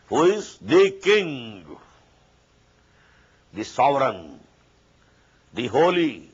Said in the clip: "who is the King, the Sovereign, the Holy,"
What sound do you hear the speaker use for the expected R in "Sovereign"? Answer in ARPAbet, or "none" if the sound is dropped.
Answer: R